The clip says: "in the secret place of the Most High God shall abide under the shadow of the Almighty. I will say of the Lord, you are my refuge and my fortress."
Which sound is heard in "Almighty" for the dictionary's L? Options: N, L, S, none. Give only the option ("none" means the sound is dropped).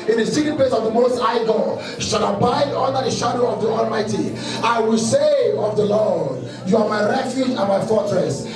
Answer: L